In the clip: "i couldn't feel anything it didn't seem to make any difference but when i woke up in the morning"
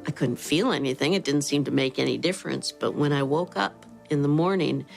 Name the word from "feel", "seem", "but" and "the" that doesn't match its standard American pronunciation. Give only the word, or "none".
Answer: none